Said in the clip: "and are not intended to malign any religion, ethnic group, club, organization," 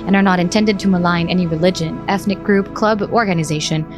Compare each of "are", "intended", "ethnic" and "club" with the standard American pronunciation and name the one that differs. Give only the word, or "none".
none